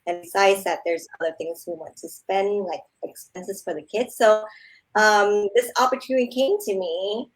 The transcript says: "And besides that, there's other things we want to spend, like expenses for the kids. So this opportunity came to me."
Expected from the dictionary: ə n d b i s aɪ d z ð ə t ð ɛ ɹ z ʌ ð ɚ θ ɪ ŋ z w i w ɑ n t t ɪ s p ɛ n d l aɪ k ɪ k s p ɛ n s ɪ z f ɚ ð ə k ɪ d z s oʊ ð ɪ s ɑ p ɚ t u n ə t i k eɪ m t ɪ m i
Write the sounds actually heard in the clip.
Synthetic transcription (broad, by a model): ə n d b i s aɪ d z ð ə t ð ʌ ɹ z ʌ ð ɚ θ ɪ ŋ z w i w ɑ n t t ɪ s p ɛ n d l aɪ k ɪ k s p ɛ n s ɪ z f ɚ ð ə k ɪ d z s oʊ ð ɪ s ɑ p ɚ t u n ə t i k eɪ m t ɪ m i